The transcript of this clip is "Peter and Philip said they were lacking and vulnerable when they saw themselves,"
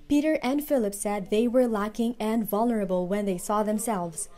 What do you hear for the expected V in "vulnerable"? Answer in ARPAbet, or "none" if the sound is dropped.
V